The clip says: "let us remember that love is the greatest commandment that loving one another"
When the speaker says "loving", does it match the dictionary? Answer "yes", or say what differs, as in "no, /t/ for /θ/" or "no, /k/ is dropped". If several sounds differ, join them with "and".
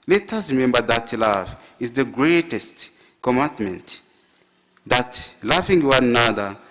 no, /f/ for /v/